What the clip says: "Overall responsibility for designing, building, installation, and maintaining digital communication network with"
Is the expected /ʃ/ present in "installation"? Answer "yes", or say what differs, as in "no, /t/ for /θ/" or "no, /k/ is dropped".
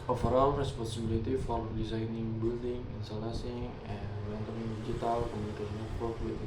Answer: no, /s/ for /ʃ/